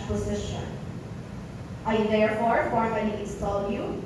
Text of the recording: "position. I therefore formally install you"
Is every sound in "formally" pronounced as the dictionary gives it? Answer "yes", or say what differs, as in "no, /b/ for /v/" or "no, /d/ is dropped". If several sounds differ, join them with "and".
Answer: no, /n/ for /l/